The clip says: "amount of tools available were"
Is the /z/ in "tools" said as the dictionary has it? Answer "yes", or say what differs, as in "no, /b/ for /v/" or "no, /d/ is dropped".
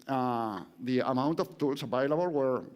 no, /s/ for /z/